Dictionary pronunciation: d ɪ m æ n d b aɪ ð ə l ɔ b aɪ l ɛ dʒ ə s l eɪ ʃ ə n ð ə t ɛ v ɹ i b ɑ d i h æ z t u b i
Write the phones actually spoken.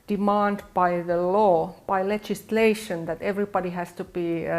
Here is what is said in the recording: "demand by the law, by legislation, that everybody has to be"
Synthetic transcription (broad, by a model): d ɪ m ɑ n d b aɪ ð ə l ɔ b aɪ l ɛ dʒ ə s l eɪ ʃ ə n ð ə t ɛ v ɹ i b ɑ d i h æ s t u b i